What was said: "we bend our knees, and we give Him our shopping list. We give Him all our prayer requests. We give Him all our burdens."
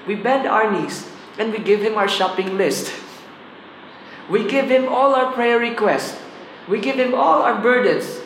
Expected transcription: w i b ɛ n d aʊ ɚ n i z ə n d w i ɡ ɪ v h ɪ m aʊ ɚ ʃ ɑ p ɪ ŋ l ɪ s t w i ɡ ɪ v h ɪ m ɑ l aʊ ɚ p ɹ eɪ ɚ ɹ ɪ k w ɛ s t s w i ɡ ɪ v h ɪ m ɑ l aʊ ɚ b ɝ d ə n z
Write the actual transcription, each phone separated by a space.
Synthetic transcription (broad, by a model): w i b ɛ n d aʊ ɚ n i s ə n d w i ɡ ɪ v h ɪ m aʊ ɚ ʃ ɑ p ɪ ŋ l ɪ s t w i ɡ ɪ v h ɪ m ɑ l aʊ ɚ p ɹ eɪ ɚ ɹ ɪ k w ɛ s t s w i ɡ ɪ v h ɪ m ɑ l aʊ ɚ b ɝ d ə n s